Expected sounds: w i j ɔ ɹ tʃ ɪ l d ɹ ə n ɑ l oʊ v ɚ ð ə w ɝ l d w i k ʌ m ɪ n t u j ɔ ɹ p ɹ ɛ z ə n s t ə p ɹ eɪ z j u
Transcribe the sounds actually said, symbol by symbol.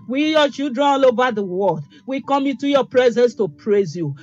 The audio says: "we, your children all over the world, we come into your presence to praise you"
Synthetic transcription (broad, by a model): w i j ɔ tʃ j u d ɹ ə ɑ l oʊ v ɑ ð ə w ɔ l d w i k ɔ m ɪ n t u j ɔ p ɹ ɛ z ə n s t ə p ɹ eɪ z j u